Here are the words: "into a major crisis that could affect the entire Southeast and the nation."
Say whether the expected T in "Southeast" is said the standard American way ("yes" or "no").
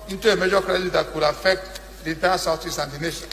no